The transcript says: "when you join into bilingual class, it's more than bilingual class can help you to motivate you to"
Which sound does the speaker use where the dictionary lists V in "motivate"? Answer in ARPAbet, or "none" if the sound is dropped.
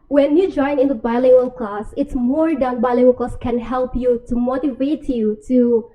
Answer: V